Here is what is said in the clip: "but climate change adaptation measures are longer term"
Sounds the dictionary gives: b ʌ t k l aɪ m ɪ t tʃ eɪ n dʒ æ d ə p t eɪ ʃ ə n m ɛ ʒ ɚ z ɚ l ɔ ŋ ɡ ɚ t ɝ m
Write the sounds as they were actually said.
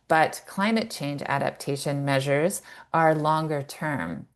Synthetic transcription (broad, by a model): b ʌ t k l aɪ m ɪ t tʃ eɪ n dʒ æ d ə p t eɪ ʃ ə n m ɛ ʒ ɚ z ɚ l ɔ ŋ ɡ ɚ t ɝ m